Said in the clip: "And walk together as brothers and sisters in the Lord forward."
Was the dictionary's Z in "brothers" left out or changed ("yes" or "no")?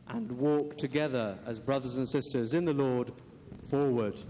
no